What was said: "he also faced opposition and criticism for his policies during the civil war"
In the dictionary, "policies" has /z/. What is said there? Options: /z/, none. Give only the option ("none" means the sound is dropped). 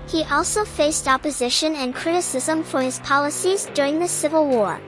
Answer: /z/